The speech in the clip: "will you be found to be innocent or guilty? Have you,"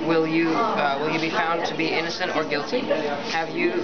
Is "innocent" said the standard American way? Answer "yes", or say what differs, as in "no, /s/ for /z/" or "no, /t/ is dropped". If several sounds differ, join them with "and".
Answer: yes